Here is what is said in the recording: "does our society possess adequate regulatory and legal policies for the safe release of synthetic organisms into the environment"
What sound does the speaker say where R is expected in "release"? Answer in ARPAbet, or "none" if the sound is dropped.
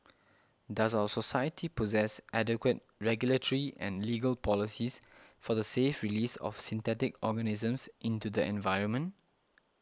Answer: R